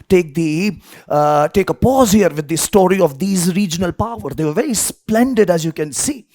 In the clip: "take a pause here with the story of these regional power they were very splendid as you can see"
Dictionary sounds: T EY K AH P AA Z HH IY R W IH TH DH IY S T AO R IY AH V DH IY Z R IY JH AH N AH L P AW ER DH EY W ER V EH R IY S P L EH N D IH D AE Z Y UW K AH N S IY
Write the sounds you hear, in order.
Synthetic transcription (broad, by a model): T EY K AH P AA Z HH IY R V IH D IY S T AO R IY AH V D IY Z R IY JH AH N AH L P AW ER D EY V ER V EH R IY S P L EH N D IH D AE Z Y UW K AH N S IY